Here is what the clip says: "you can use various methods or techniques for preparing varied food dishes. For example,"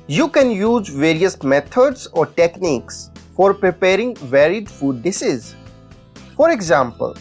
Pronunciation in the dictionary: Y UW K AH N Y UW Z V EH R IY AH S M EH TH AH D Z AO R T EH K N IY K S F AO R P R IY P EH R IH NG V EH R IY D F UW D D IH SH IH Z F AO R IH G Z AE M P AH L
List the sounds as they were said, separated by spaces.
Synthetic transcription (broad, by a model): Y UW K AH N Y UW Z V EH R IY AH S M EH T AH D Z AO R T EH K N IY K S F AO R P R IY P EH R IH NG V EH R IY D F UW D D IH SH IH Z F AO R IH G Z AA M P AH L